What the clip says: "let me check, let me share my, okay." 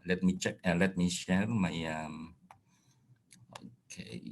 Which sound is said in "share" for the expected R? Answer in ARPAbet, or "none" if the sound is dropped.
L